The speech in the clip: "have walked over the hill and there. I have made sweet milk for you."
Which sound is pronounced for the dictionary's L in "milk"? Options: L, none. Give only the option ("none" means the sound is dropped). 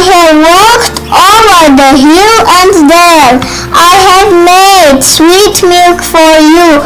L